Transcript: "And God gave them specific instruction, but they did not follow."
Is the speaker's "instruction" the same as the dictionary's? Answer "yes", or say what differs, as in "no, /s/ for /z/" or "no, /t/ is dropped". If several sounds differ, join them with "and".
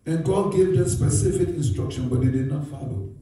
yes